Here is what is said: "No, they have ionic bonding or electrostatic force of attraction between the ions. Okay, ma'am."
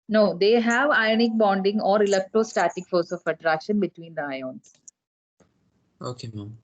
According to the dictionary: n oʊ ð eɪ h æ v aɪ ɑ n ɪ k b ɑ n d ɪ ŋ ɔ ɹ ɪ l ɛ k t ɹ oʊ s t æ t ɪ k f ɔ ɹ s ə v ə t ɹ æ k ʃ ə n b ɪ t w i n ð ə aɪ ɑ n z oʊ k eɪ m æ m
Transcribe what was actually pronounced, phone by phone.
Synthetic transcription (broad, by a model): n oʊ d eɪ h æ v aɪ ɑ n ɪ k b ɑ n d ɪ ŋ ɔ ɹ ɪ l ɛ k t ɹ oʊ s t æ t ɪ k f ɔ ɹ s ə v ə t ɹ æ k ʃ ə n b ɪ t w i n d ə aɪ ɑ n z oʊ k eɪ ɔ